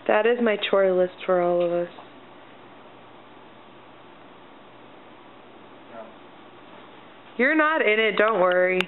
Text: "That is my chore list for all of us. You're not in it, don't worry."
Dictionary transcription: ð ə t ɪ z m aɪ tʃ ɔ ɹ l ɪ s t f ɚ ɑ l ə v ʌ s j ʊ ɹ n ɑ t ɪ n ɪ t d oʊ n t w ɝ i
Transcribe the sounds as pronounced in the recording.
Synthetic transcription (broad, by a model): ð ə t ɪ z m aɪ tʃ ɔ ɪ l ɪ s t f ɚ ɑ l ə v ʌ s j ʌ ɹ n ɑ t ɪ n ɪ t d oʊ n t w ɝ i